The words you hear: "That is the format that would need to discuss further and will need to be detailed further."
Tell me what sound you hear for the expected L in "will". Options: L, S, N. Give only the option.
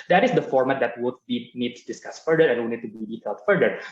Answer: N